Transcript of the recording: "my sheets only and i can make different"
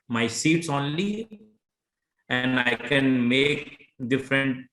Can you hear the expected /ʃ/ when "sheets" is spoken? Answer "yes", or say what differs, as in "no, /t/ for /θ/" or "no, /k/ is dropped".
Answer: no, /s/ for /ʃ/